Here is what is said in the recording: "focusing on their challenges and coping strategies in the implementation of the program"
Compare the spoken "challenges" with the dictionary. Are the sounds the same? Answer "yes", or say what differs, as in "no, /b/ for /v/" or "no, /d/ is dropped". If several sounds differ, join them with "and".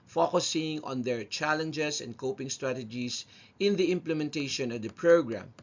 no, /s/ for /z/